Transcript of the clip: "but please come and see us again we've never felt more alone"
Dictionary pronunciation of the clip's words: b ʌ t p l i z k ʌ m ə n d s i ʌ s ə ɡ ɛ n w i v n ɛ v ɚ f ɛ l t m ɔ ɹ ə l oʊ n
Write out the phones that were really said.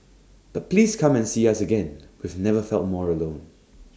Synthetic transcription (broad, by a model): b ʌ t p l i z k ʌ m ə n s i ʌ s ə ɡ ɛ n w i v n ɛ v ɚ f ɛ l t m ɔ ɹ ə l oʊ n